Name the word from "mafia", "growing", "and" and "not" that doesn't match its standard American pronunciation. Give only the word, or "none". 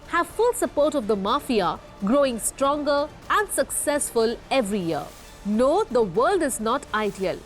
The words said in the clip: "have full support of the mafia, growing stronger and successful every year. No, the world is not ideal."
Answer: none